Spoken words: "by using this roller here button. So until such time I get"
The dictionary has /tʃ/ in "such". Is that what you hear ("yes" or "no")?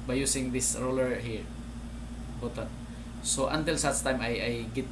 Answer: no